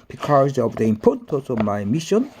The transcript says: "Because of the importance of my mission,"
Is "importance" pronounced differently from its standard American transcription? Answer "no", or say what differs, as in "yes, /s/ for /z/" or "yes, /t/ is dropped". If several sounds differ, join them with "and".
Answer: yes, /n/ is dropped